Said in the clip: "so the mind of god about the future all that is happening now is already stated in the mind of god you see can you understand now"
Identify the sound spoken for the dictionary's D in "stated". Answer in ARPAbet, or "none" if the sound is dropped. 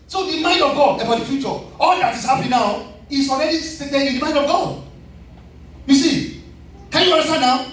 none